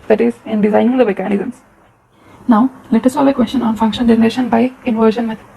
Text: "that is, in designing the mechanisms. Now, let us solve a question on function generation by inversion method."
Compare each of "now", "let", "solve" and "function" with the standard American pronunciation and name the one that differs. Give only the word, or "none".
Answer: solve